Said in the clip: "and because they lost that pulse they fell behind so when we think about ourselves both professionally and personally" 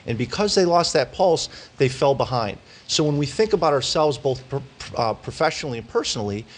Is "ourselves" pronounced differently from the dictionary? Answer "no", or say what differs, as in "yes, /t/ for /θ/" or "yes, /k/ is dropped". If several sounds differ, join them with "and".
no